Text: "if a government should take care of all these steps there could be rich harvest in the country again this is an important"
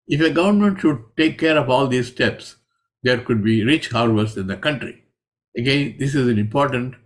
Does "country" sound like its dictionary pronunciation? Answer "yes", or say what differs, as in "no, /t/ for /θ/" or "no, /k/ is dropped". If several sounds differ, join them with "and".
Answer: yes